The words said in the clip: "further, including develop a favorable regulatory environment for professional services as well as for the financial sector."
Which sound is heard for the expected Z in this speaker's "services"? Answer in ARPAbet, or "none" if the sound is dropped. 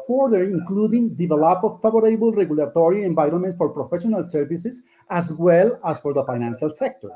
S